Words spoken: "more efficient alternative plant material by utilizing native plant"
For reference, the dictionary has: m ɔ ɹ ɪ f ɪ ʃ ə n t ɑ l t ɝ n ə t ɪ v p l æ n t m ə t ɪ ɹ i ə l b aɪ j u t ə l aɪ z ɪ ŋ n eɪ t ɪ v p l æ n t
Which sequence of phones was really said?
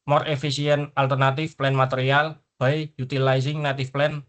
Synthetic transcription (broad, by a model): m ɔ ɹ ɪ f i s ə n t ɑ l t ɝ n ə t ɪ f p l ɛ n m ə t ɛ ɹ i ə l b aɪ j u t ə l aɪ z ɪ ŋ n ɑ t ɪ f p l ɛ n